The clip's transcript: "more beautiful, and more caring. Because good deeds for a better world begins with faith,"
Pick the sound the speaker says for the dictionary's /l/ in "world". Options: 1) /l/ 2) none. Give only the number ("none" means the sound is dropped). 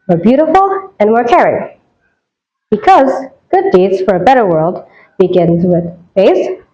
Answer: 1